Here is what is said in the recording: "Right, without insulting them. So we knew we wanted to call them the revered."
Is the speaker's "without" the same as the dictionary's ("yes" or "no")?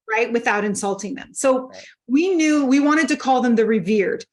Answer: yes